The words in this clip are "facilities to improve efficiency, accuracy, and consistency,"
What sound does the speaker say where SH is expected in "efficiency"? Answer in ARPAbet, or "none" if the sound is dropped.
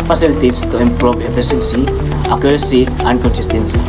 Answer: S